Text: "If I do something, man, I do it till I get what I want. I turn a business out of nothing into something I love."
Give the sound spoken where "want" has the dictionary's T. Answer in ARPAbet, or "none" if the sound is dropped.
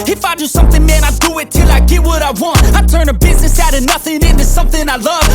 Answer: T